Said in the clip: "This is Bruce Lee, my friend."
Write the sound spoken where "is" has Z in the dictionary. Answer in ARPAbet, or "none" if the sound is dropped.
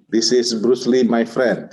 S